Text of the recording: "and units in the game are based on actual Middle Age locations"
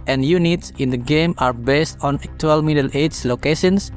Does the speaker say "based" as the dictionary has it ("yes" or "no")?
yes